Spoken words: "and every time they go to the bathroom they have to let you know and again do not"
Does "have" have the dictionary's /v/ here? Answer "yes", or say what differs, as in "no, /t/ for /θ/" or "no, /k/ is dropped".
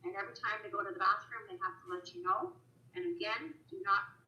no, /f/ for /v/